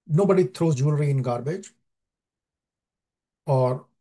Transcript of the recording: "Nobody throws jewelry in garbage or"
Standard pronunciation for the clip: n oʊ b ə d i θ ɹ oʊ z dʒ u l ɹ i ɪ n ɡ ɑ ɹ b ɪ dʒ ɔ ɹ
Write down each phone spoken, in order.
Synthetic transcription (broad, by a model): n oʊ b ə d i t ɹ oʊ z dʒ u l ɹ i ɪ n ɡ ɑ ɹ b ɪ dʒ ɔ ɹ